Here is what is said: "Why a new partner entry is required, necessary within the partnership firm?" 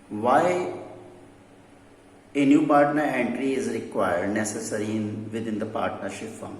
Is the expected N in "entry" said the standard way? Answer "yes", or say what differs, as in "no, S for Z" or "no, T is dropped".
yes